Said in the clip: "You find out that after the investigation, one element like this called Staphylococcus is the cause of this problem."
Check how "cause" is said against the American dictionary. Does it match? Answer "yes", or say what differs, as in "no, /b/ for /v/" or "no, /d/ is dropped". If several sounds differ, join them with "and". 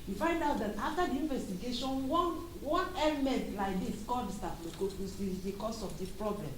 no, /s/ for /z/